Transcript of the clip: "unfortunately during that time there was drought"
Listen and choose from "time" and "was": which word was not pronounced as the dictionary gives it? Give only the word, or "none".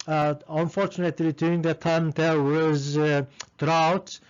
none